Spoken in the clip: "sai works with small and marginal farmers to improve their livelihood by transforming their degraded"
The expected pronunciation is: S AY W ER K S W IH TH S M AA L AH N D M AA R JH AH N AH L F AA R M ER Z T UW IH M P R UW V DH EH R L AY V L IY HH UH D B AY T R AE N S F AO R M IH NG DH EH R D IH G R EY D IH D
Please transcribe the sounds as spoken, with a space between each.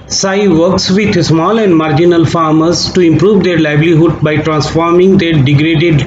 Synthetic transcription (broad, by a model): S AY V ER K S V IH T S M AA L AH N D M AA R JH AH N AH L F AA R M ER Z T UW IH M P R UW V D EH R L AY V L IY HH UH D B AY T R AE N S F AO R M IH NG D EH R D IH G R EY D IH D